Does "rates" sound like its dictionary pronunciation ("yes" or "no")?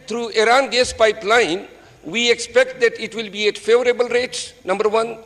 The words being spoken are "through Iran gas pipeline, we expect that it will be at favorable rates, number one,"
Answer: no